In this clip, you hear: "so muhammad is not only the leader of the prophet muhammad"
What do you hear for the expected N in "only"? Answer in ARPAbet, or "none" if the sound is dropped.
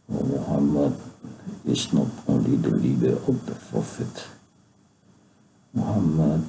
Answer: none